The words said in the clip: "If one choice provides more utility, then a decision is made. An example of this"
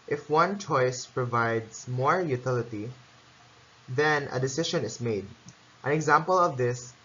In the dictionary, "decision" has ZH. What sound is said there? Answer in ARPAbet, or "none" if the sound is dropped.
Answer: SH